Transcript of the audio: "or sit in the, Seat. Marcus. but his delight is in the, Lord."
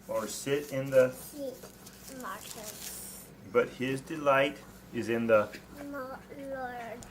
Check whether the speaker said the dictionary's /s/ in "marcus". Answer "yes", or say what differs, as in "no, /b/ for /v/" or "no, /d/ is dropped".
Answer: no, /s/ is dropped